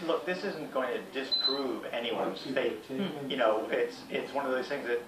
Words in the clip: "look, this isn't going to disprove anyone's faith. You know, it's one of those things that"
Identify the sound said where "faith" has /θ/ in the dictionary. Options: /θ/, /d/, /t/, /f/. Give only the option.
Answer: /t/